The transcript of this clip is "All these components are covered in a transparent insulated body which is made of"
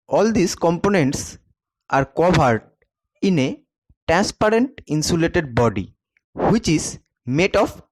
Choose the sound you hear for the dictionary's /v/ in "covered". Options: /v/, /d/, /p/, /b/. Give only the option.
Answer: /b/